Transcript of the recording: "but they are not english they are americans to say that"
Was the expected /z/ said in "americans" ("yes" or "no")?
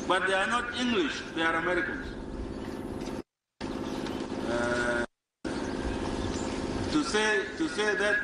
no